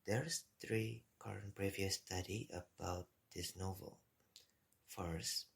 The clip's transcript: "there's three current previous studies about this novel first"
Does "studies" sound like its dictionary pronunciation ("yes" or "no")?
no